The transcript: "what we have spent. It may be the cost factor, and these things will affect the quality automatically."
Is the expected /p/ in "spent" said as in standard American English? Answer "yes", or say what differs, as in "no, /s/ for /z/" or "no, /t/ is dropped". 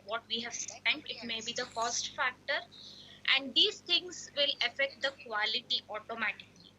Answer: no, /p/ is dropped